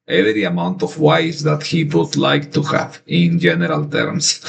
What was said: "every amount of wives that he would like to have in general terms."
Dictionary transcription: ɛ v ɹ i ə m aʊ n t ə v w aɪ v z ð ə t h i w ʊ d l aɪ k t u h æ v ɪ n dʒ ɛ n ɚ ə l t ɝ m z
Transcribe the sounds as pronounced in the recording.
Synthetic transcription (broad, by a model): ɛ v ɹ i ə m aʊ n t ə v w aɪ z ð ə t h i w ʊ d l aɪ k t u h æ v ɪ n dʒ ɛ n ɚ ə l t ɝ m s